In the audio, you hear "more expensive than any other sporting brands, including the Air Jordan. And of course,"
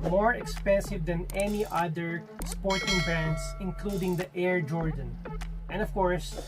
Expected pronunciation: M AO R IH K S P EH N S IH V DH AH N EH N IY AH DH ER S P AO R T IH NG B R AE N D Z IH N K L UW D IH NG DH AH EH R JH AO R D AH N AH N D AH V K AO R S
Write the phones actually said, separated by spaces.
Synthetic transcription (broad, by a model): M AO R IH K S P EH N S IH V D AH N EH N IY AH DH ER S P AO R T IH NG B AE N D S IH N K L UW D IH NG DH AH EH R JH AO R D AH N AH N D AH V K AO R S